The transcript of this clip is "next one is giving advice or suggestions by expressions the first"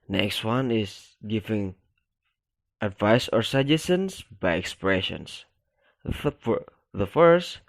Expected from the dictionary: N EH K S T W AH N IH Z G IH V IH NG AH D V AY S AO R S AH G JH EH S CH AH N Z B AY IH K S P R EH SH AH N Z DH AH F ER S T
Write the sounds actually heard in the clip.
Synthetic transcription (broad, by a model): N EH K S T W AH N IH S G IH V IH NG AH D V AY S AO R S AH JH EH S AH N S B AY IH K S P R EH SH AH N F DH AH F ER S T